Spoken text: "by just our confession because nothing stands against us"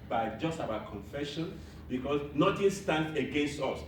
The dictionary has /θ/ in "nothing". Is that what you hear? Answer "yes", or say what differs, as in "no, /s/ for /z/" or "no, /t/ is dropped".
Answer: no, /t/ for /θ/